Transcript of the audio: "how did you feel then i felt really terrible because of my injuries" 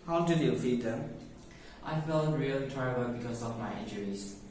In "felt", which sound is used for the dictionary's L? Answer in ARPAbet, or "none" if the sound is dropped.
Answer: L